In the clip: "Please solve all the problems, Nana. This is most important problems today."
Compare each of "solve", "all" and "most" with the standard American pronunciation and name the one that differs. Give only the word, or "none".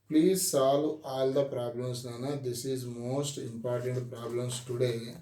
solve